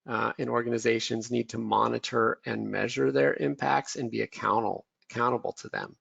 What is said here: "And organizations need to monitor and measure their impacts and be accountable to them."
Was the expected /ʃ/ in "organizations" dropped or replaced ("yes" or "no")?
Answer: no